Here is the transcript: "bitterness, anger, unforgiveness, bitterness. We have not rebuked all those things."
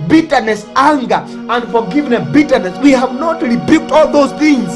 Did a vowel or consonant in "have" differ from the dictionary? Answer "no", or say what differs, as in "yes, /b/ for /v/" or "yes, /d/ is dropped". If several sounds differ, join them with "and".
no